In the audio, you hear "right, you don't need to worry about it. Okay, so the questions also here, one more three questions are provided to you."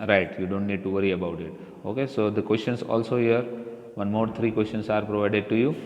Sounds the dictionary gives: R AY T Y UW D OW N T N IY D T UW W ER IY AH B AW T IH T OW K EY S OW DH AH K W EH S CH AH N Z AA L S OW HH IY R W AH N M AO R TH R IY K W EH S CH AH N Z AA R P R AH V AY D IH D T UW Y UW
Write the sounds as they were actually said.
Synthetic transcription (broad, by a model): R AY T Y UW D OW N T N IY D T UW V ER IY AH B AW T IH T OW K EY S OW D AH K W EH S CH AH N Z AA L S OW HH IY R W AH N M AO R T R IY K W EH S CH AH N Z AA R P R AH V AY D IH D T UW Y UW